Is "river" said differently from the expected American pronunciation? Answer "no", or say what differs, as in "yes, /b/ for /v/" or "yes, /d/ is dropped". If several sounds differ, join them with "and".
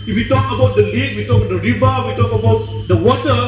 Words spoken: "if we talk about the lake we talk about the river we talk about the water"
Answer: yes, /b/ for /v/